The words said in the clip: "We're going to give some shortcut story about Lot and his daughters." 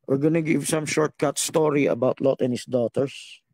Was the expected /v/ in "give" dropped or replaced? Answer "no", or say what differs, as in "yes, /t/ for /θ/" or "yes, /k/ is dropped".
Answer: no